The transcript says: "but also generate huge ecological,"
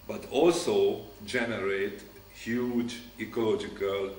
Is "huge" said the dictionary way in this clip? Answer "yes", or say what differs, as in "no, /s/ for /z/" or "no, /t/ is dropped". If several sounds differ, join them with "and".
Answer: yes